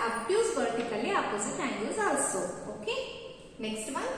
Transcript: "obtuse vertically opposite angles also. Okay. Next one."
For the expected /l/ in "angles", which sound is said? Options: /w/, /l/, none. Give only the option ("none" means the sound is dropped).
none